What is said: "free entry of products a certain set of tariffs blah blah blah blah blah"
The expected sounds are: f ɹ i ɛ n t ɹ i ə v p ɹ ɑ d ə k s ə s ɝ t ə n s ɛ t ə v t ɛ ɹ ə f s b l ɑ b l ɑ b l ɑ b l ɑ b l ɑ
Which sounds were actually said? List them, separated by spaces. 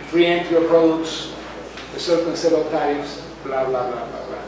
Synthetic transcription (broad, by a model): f ɹ i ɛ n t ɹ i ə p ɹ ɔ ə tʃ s ə s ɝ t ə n s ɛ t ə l t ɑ ə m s b l ɑ b l ɑ b l ɑ b l ɑ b l ɑ